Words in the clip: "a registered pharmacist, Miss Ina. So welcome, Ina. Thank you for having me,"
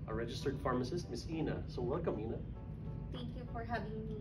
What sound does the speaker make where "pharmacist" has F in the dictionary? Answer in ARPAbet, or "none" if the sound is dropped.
F